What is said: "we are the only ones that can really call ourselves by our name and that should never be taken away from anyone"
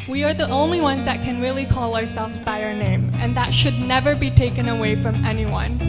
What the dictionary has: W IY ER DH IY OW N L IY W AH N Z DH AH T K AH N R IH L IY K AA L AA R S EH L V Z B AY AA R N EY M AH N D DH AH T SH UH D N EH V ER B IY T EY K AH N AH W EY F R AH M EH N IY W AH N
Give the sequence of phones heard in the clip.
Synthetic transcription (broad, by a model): W IY ER DH IY OW N L IY W AH N Z DH AH T K AH N R IH L IY K AA L AA R S EH L V Z B AY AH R N EY M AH N DH AH T SH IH D N EH V ER B IY T EY K AH N AH W EY F R AH M EH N IY W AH N